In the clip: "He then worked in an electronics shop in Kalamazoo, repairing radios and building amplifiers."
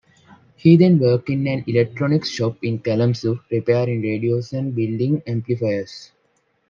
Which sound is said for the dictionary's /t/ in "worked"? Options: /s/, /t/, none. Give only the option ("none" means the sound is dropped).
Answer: none